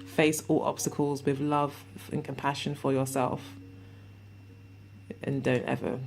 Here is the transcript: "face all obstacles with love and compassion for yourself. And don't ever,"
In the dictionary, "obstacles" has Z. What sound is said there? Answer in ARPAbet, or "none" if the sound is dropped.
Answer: Z